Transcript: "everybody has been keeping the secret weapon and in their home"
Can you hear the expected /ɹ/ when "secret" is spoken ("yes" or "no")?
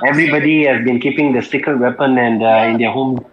no